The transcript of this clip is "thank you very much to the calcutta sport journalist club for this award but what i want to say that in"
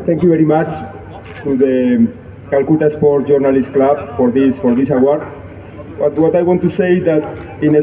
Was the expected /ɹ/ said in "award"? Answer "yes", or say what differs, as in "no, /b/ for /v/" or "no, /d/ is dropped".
no, /w/ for /ɹ/